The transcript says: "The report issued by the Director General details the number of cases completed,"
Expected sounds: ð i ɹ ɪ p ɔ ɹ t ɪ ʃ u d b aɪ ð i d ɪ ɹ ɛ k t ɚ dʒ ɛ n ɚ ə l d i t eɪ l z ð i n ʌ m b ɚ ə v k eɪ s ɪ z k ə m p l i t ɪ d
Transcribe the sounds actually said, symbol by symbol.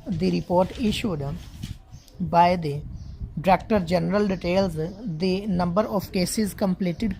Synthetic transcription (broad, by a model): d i ɹ ɪ p ɔ ɹ t ɪ ʃ u d b aɪ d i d ɹ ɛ k t ɚ dʒ ɛ n ɚ ə l d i t eɪ l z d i n ʌ m b ɚ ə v k eɪ s ɪ z k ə m p l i t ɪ d